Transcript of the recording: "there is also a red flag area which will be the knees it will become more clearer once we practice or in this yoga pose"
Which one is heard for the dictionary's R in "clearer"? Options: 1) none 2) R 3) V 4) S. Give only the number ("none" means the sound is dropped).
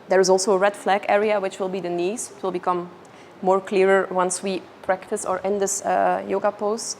2